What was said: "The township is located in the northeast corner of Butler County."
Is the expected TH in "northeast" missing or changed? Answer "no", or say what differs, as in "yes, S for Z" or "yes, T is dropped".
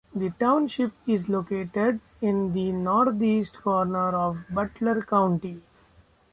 yes, T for TH